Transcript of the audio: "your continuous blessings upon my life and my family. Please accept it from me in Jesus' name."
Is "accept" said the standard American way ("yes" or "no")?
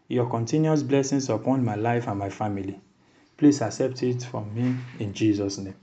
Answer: yes